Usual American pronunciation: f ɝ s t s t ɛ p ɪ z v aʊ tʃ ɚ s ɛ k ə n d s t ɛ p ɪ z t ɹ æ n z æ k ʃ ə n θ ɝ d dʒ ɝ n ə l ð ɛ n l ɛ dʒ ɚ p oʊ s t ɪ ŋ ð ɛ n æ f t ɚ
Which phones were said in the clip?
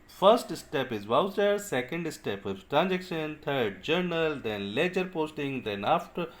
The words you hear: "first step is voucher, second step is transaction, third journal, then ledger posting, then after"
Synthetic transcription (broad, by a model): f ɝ s t s t ɛ p ɪ z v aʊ s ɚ s ɛ k ə n d s t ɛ p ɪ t t ɹ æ n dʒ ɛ k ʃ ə n t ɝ d dʒ ɝ n ə l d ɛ n l ɛ dʒ ɚ p oʊ s t ɪ ŋ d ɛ n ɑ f t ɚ